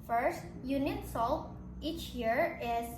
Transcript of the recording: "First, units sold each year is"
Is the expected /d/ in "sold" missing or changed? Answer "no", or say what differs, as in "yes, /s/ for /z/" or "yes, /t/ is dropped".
yes, /d/ is dropped